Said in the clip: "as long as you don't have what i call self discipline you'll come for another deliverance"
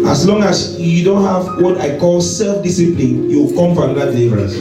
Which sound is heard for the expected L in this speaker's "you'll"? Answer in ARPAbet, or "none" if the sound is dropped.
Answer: W